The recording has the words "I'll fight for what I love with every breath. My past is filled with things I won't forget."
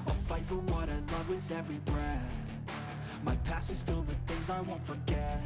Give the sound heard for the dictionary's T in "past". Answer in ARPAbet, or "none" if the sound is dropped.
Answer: none